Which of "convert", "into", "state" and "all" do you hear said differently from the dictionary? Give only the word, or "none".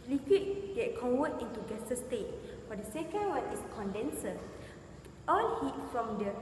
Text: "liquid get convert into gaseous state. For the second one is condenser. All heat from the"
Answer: convert